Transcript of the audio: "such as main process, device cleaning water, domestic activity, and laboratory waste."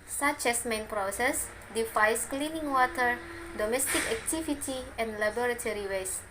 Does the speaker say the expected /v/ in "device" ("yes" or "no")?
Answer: no